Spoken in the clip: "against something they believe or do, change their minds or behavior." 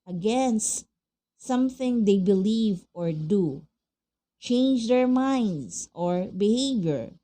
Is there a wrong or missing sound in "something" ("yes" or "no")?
no